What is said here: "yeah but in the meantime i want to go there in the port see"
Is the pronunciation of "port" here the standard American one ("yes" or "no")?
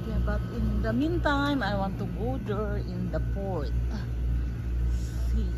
yes